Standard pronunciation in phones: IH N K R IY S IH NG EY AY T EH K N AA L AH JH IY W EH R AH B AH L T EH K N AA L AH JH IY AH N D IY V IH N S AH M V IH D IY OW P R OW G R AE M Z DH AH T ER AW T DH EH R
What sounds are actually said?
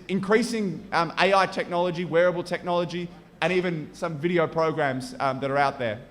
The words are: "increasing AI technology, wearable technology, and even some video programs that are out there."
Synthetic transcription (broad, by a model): IH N K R IY S IH NG EY AY T EH K N AA L AH JH IY W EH R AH B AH L T EH K N AA L AH JH IY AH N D IY V IH N S AH M V IH D IY OW P R OW G R AE M Z DH AH T ER AW T DH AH R